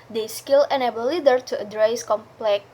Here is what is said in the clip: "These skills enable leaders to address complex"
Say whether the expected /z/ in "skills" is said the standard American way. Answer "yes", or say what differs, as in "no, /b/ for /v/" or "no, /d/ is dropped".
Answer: no, /z/ is dropped